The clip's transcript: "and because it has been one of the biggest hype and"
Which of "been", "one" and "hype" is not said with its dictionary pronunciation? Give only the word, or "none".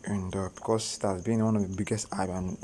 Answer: hype